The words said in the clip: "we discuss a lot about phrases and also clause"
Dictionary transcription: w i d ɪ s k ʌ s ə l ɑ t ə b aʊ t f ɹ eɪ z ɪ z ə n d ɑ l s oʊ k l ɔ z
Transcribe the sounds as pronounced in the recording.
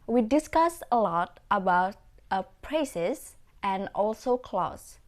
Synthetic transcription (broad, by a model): w i d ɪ s k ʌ s ə l ɑ t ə b aʊ t p ɹ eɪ s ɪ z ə n ɑ l s oʊ k l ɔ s